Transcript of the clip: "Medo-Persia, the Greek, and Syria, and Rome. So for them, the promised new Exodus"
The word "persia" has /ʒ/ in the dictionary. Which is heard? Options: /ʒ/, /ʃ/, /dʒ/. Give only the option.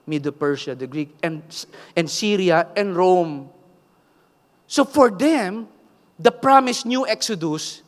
/ʃ/